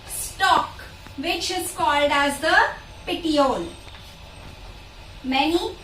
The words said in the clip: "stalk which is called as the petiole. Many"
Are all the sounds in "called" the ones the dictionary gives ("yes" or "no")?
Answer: yes